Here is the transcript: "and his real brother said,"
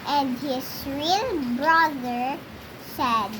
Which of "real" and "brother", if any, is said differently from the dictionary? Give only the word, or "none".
none